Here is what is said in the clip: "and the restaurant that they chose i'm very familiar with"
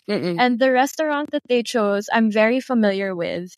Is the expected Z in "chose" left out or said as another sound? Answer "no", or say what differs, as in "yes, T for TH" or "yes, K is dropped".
no